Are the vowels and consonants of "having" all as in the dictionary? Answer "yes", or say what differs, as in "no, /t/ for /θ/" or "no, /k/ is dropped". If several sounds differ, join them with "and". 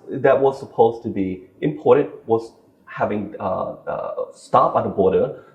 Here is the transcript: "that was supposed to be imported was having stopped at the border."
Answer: yes